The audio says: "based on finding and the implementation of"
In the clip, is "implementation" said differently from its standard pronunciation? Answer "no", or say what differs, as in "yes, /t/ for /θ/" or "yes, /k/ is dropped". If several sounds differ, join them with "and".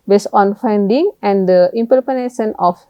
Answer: yes, /l/ is dropped